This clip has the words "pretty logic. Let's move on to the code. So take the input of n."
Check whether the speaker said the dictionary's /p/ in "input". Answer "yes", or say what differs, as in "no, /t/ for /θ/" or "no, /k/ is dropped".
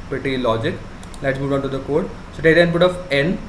no, /b/ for /p/